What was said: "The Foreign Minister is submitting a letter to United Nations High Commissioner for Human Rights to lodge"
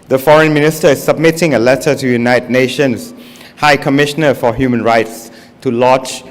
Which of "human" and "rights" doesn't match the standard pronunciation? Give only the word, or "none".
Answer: none